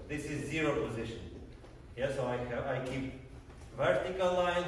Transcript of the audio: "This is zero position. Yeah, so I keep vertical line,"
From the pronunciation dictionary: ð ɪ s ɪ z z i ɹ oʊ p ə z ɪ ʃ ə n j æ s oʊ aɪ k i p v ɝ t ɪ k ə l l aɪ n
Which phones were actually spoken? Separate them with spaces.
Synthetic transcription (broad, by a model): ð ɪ s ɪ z z i ɹ oʊ p ə z ɪ ʃ ə n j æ s oʊ aɪ k i p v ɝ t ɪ k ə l l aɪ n